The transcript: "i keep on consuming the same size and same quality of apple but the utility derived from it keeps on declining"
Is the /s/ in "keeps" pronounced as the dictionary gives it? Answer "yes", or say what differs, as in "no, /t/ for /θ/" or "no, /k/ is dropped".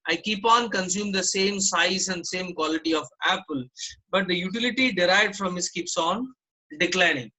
yes